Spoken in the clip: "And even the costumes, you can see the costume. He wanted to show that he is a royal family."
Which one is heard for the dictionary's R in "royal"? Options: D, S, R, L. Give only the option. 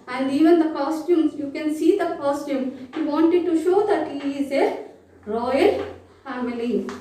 R